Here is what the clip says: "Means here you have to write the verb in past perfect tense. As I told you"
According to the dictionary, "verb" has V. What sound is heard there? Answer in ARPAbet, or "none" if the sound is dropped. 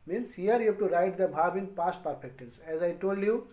B